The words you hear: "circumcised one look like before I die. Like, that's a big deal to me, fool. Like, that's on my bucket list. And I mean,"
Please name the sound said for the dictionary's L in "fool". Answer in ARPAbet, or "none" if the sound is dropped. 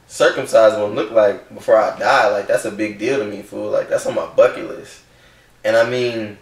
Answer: L